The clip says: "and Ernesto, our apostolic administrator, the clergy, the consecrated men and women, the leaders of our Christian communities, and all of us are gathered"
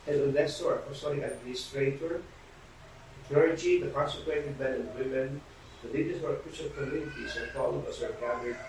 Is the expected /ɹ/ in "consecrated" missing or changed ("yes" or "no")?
yes